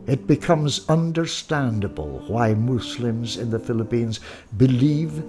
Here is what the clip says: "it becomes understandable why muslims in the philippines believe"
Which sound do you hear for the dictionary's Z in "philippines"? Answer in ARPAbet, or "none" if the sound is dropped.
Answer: Z